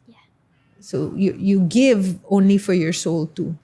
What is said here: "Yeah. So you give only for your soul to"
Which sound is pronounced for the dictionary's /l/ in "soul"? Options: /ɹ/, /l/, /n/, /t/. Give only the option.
/l/